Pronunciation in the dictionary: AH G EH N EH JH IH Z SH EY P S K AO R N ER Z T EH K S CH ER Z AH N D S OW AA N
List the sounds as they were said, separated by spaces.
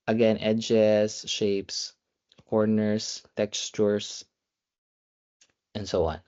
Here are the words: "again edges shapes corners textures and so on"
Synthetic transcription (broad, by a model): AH G EH N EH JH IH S SH EY P S K AO R N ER S T EH K S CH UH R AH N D S OW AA N